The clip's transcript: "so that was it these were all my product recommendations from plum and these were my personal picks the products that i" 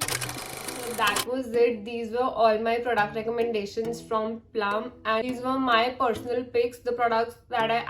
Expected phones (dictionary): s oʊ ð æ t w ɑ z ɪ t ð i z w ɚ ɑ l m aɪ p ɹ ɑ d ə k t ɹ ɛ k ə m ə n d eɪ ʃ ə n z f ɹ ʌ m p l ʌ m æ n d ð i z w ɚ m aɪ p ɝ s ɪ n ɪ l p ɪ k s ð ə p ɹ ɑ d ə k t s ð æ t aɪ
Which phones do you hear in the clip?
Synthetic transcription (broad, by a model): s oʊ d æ t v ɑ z ɪ t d i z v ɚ ɑ l m aɪ p ɹ ɑ d ə k t ɹ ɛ k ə m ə n d eɪ ʃ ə n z f ɹ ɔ m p l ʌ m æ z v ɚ m aɪ p ɝ s ɪ n ɪ l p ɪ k s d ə p ɹ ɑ d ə k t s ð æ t aɪ